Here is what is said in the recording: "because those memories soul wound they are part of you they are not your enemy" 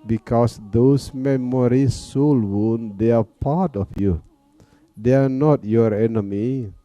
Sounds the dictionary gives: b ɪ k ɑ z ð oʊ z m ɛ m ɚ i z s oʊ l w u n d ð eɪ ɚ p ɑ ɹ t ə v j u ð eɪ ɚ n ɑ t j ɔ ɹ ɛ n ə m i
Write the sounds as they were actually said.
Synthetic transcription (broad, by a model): b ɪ k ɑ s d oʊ s m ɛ m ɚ i s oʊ l w u n d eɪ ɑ p ɑ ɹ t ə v j u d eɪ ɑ n ɑ t j ɔ ɹ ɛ n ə m i